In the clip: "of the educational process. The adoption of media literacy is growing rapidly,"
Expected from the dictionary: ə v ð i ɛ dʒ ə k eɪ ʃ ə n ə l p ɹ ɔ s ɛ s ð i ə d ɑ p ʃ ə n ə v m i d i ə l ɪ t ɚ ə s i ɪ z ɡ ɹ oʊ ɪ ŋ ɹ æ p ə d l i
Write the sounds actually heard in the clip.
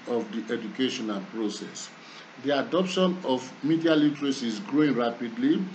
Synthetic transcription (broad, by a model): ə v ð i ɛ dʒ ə k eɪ ʃ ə n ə l p ɹ ɔ s ɛ s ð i ə d ɑ p ʃ ə n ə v m i d i ə l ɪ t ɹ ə s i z ɡ ɹ oʊ ɪ ŋ ɹ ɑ p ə d l i